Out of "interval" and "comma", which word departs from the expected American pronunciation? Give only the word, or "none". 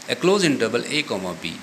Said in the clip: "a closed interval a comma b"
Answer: interval